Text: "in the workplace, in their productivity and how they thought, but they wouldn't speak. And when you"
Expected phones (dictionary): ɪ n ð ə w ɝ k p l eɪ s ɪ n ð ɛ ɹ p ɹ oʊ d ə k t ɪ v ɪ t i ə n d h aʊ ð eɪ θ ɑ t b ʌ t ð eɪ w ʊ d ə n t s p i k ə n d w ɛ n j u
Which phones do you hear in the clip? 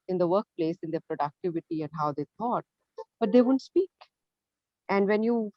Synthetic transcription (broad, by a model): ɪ n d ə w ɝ k p l eɪ s ɪ n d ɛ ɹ p ɹ oʊ d ə k t ɪ v ɪ t i ə n d h aʊ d eɪ t ɑ t b ʌ t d eɪ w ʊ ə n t s p i k ə n d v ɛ n j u